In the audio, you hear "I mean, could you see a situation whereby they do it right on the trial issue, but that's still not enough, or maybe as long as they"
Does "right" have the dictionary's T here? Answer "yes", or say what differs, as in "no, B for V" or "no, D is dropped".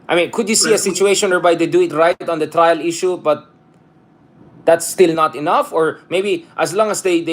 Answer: yes